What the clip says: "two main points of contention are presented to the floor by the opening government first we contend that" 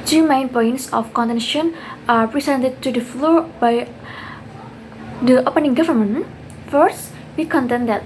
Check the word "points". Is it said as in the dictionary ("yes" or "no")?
yes